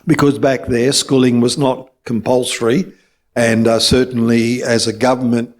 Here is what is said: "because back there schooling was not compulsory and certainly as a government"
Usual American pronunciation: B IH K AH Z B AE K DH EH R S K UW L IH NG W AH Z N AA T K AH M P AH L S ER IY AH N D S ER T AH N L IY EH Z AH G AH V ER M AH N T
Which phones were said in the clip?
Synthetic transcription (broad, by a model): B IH K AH Z B AE K DH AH R S K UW L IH NG W AH Z N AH T K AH M P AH L S ER IY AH N S ER T N L IY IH Z AH G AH V ER M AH N T